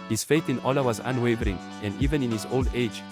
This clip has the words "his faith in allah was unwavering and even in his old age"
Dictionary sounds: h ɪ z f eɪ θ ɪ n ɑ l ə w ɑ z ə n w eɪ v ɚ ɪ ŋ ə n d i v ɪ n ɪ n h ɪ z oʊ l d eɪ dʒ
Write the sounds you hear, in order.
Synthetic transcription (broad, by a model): h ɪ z f eɪ θ ɪ n ɑ l ə w ɑ z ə n w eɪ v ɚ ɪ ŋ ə n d i v ɪ n ɪ n h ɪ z oʊ l d eɪ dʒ